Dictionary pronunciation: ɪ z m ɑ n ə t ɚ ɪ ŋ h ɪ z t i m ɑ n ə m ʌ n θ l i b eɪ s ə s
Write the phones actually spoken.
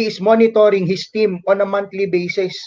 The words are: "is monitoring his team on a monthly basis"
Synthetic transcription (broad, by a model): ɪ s m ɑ n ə t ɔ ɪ ŋ h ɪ s t i m ɑ n ə m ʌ n t l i b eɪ s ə s